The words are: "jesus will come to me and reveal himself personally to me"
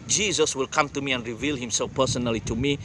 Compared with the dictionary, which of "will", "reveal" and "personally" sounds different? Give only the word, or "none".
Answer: none